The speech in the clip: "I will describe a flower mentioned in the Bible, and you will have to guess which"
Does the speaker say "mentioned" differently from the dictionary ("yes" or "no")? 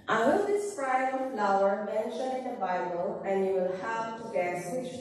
yes